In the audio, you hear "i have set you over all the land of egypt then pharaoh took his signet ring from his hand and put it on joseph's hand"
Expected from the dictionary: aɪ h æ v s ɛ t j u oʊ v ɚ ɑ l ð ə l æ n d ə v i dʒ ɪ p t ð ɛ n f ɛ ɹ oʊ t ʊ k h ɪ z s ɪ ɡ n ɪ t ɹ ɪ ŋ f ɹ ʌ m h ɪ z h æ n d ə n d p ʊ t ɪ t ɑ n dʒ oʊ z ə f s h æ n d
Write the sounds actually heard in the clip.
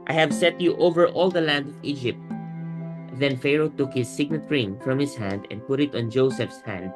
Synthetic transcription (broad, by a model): aɪ h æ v s ɛ t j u oʊ v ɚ ɑ l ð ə l æ n d ə v i dʒ ɪ p t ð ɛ n f ɛ ɹ oʊ t ʊ k h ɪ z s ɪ ɡ n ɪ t ɹ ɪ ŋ f ɹ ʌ m h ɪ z h æ n d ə n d p ʊ t ɪ t ɑ n dʒ oʊ s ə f s h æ n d